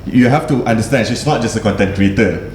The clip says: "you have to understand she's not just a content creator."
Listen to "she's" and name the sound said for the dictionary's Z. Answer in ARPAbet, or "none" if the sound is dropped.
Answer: S